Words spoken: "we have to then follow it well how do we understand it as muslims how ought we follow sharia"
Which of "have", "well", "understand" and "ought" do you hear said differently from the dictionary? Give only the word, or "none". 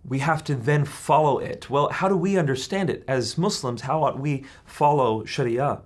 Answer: have